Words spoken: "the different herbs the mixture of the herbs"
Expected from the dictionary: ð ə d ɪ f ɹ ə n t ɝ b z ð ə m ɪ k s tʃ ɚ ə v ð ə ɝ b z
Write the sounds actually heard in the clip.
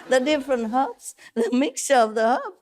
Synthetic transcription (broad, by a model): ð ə d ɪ f ɹ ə n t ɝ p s ð ə m ɪ k s tʃ ɚ ə v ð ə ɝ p